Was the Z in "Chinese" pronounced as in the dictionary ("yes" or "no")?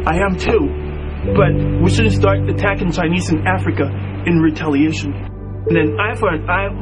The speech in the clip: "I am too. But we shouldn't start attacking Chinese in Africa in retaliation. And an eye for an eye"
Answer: yes